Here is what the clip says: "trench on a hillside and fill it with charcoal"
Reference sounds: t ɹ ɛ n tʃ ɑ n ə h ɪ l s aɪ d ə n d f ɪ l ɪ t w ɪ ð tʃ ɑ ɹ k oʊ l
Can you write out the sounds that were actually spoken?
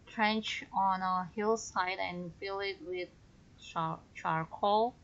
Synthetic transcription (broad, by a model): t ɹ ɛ n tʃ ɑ n ə h ɪ l s aɪ d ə n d f ɪ l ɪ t w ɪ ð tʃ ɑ ɹ k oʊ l